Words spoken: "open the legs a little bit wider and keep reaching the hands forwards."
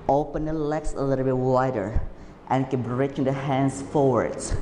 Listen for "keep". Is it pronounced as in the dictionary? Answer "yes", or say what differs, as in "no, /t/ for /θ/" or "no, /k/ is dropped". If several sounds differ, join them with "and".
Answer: no, /b/ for /p/